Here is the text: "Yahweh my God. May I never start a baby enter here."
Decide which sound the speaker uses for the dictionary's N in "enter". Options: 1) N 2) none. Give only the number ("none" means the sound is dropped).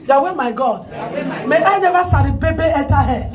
2